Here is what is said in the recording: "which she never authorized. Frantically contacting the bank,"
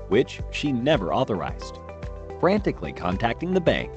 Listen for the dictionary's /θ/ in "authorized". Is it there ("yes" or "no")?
yes